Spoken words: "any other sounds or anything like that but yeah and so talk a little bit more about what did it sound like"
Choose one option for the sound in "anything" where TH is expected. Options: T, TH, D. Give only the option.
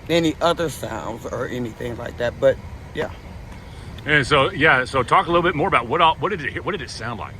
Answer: TH